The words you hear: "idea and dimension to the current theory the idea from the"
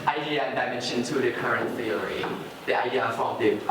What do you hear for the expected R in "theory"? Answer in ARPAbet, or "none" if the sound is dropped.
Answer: L